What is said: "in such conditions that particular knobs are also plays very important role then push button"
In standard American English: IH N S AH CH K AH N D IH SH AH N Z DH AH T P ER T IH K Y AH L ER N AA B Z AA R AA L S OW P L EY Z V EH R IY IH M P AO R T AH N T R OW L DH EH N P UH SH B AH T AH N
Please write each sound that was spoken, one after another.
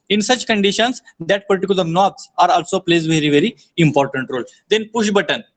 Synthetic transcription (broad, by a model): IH N S AH CH K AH N D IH SH AH N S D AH T P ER T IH K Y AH L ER N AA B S AA R AA L S OW P L EY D V EH R IY IH M P AO R T AH N T R OW L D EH N P UH SH B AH T AH N